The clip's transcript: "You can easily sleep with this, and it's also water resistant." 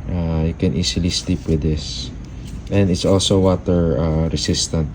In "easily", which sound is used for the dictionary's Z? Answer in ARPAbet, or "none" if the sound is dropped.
S